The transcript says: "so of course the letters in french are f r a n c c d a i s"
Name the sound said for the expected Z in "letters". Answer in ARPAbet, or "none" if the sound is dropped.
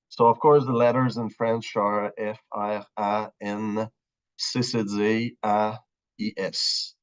Z